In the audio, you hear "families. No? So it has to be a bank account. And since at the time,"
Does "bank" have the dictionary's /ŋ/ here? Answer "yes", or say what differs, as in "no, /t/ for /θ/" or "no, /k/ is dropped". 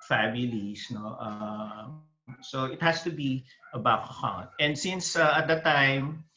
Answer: no, /ŋ/ is dropped